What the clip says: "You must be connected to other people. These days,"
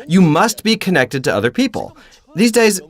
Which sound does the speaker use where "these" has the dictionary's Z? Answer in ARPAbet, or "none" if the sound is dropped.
Z